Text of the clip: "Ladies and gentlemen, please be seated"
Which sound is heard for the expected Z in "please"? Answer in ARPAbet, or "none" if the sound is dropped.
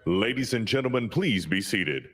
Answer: Z